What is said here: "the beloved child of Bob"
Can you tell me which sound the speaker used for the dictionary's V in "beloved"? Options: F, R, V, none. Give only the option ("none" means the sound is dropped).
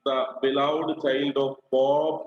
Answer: none